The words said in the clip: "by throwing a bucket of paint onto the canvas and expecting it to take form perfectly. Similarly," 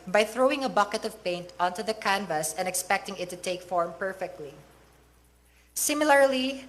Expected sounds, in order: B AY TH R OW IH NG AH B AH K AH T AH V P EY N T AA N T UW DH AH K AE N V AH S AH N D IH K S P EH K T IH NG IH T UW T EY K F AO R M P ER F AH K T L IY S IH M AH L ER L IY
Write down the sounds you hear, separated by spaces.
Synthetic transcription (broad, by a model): B AY TH R OW IH NG AH B AH K AH T AH V P EY N T AA N T UW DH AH K AE N V AH S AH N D IH K S P EH K T IH NG IH T UW T EY K F AO R M P ER F AH K T L IY S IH M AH L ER L IY